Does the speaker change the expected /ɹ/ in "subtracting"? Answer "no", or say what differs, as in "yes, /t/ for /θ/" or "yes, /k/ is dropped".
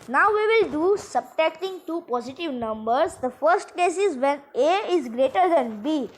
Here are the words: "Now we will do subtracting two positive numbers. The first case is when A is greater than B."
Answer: yes, /ɹ/ is dropped